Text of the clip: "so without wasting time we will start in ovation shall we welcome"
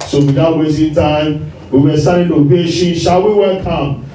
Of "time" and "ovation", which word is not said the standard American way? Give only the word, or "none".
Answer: ovation